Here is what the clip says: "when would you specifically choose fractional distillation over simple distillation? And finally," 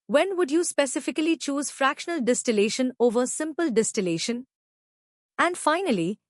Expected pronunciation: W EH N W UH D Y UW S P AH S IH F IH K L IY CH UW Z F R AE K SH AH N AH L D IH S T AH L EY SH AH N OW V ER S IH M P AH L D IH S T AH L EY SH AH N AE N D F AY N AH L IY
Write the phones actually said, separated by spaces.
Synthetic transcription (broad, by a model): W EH N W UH D Y UW S P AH S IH F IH K L IY CH UW Z F R AE K SH AH N AH L D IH S T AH L EY SH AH N OW V ER S IH M P AH L D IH S T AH L EY SH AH N AE N D F AY N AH L IY